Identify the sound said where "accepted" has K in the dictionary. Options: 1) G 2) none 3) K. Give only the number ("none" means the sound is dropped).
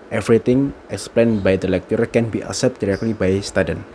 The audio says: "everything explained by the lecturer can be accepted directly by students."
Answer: 2